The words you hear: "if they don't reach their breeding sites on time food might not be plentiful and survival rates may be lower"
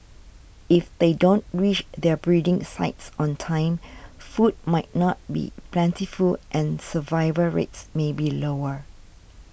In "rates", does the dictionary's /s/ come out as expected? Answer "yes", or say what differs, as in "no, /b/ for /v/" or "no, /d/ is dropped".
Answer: yes